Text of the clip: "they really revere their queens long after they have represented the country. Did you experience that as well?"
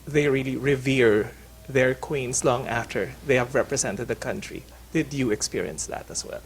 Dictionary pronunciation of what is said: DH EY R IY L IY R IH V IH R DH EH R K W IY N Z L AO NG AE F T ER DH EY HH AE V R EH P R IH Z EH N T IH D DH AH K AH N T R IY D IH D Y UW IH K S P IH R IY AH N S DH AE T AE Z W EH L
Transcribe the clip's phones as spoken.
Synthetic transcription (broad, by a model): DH EY R IY L IY R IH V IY R DH EH R K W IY N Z L AO NG AE F T ER DH EY HH AE V R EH P R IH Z EH N T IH D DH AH K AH N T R IY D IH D Y UW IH K S P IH R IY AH N S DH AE T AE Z W EH L